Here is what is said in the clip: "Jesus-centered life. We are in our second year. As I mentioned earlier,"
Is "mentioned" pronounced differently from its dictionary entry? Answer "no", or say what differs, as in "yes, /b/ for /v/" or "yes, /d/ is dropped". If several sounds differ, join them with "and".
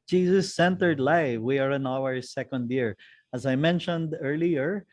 no